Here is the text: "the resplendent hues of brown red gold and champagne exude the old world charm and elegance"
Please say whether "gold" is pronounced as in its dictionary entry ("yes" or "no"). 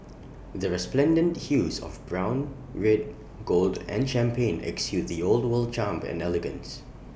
yes